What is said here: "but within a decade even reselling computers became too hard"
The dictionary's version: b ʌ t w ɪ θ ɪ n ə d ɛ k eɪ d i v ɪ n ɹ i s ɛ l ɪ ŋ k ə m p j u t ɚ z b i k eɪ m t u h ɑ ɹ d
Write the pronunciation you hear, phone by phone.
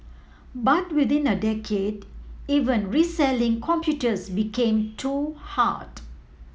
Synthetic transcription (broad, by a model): b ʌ t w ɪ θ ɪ n ə d ɛ k eɪ d i v ɪ n ɹ i s ɛ l ɪ ŋ k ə m p j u t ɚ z b i k eɪ m t u h ɑ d